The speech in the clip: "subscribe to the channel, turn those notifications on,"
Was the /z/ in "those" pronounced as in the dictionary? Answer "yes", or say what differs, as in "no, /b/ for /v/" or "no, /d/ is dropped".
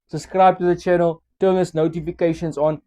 no, /s/ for /z/